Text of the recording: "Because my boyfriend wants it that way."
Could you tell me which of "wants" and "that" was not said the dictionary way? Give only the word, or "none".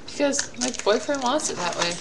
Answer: wants